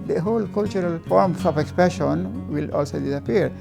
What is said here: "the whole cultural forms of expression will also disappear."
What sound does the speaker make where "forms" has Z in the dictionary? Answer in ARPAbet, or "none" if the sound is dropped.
S